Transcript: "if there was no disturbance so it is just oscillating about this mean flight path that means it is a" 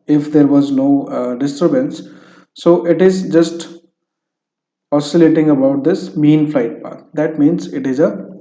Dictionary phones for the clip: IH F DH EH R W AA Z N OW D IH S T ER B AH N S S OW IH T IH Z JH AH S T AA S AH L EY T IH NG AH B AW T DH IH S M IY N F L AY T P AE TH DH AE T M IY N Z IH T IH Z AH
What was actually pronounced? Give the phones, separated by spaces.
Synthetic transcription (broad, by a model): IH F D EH R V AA Z N OW D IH S T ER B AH N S S OW IH T IH Z JH AH S T AA S AH L EY T IH NG AH B AW T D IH S M IY N F L AY T P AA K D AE T M IY N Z IH T IH Z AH